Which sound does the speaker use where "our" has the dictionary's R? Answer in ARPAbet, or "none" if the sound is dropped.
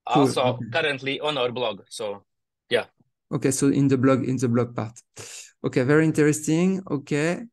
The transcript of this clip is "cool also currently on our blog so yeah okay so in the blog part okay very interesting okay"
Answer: R